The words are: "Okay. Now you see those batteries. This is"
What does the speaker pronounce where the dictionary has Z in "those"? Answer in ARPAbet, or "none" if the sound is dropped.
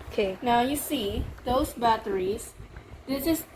S